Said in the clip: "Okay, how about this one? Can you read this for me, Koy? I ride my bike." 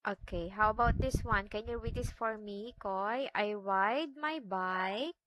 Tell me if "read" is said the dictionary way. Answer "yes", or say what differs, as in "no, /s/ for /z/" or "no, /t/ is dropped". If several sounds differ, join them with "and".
no, /w/ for /ɹ/